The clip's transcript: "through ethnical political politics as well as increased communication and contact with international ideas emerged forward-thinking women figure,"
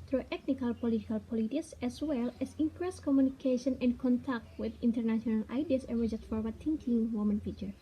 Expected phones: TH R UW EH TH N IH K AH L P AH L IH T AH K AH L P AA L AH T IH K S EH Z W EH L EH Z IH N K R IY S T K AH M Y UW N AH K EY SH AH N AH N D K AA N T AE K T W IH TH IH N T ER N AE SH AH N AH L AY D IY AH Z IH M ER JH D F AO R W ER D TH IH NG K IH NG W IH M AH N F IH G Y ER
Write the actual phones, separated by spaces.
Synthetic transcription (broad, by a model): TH R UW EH T N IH K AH L P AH L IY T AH K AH L P AA L AH T IH K S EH S W EH L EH S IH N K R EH S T K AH M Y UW N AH K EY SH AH N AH N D K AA N T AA K T W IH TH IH N T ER N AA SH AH N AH L AY D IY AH S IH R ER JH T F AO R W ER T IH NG K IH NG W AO M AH N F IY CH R